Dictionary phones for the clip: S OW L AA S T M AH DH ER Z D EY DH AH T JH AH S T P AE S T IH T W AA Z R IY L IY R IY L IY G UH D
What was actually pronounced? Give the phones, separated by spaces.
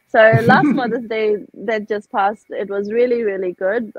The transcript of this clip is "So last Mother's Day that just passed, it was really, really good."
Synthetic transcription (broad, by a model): S OW L AA S T M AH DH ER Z D EY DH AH T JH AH S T P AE S T IH T W AA Z R IY L IY R IY L IY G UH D